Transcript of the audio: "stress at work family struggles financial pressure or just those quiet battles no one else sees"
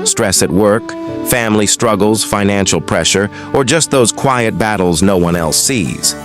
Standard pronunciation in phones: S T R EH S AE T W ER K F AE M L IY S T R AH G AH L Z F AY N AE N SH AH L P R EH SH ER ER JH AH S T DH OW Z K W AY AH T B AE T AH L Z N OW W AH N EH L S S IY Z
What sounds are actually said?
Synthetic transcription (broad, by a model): S T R EH S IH T W ER K F AE M L IY S T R AH G L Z F AY N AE N SH L P R EH SH ER ER JH AH S T DH OW Z K W AY AH T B AE T L Z N OW W AH N EH L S S IY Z